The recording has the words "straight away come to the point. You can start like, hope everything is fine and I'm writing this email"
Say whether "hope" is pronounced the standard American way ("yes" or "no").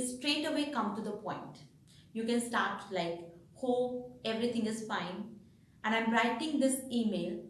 no